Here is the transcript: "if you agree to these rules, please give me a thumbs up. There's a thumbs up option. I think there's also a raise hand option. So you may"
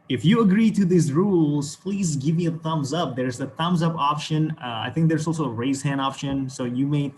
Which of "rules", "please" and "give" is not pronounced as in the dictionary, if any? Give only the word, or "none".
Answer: none